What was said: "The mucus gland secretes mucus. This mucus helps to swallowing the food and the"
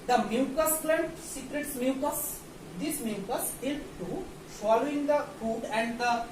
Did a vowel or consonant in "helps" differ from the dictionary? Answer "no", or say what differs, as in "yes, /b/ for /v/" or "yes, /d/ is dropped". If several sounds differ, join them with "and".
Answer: yes, /s/ is dropped